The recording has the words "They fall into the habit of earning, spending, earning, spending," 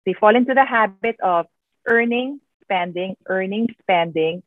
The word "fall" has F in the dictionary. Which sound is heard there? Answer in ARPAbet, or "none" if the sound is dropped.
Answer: F